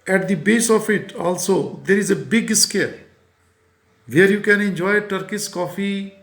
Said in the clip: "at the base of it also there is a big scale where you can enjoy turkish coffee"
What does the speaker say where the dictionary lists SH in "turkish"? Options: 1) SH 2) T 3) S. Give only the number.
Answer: 3